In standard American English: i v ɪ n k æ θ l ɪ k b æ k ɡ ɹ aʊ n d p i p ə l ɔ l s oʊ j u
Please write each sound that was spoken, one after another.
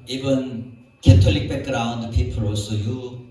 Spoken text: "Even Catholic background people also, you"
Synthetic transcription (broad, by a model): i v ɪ n k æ t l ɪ k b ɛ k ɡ ɹ aʊ n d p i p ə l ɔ s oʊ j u